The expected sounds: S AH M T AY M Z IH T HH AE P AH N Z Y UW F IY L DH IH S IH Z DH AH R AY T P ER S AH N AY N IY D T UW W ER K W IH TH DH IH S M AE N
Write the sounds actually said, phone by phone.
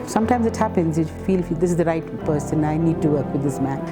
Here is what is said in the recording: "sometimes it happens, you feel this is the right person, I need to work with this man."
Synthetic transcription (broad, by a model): S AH M T AY M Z IH T HH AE P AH N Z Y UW F IY L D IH S IH Z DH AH R AY T P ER S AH N AY N IY D T UW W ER K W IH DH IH S M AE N